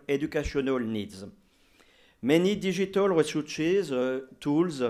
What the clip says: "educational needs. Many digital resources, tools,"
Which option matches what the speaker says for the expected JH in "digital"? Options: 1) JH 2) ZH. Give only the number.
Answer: 2